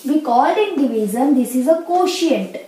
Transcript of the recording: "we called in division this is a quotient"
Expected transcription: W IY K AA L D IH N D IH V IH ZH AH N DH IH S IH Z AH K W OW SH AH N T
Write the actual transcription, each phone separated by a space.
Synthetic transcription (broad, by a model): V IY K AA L IH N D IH V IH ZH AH N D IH S IH Z AH K OW SH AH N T